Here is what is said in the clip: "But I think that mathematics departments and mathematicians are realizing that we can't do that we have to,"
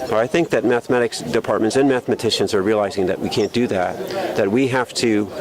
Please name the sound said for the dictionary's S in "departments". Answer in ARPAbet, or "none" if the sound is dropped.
S